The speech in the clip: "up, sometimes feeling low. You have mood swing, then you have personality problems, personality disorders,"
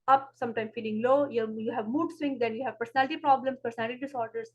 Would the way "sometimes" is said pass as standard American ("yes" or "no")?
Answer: no